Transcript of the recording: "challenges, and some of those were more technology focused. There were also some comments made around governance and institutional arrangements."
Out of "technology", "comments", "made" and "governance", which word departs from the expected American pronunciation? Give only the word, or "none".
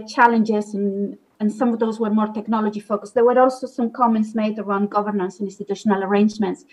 none